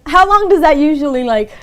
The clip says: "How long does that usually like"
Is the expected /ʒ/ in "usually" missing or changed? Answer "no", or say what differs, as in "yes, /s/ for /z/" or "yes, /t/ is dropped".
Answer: no